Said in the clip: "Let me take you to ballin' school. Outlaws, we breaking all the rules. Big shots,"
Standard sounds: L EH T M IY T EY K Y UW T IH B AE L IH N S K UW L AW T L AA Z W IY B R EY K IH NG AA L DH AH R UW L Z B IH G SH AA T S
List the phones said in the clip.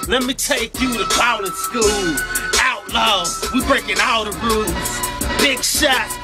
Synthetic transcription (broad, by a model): L EH T M IY T EY K Y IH T IH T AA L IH S K UW L AW T L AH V W IY B R EY K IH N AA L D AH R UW Z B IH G SH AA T